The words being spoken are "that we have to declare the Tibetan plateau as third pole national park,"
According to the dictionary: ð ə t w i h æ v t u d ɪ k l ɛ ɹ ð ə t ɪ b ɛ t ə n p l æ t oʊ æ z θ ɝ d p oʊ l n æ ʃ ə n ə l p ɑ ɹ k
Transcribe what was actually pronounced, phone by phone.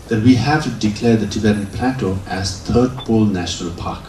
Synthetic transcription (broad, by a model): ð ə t w i h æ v t u d ɪ k l ɛ ɹ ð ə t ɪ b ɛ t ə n p l æ t oʊ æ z t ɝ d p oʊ l n æ ʃ ə n ə l p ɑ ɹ k